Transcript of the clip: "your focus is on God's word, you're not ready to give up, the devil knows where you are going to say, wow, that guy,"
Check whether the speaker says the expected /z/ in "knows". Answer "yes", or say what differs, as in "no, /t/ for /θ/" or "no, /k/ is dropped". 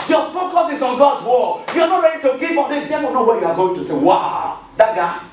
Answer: no, /z/ is dropped